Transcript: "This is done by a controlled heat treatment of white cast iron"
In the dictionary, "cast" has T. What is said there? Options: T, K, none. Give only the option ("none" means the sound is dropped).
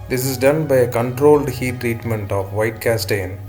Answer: T